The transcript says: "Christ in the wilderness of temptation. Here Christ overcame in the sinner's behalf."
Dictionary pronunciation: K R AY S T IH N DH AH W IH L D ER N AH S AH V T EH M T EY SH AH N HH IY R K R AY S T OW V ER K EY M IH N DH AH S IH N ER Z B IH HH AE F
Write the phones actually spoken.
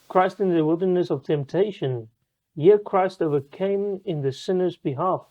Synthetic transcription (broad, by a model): K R AY S T IH N DH AH W IH L D ER N AH S AH V T EH M T EY SH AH N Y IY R K R AY S T OW V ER K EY M IH N DH AH S IH N ER Z B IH HH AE F